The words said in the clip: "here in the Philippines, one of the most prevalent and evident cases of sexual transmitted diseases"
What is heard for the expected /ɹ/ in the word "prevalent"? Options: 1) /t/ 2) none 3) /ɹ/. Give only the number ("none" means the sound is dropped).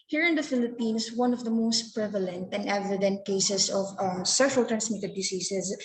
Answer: 3